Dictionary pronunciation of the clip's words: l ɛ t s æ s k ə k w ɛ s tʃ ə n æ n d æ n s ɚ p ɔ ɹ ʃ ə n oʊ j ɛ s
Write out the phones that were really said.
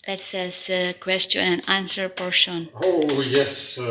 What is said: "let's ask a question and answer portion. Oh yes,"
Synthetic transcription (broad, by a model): l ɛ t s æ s ə k w ɛ s tʃ ə n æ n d æ n s ɚ p ɔ ɹ ʃ ə n oʊ j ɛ s